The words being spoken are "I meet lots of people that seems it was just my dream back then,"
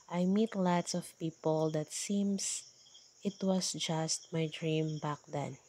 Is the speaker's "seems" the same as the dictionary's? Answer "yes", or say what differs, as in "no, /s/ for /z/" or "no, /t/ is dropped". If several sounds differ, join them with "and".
no, /s/ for /z/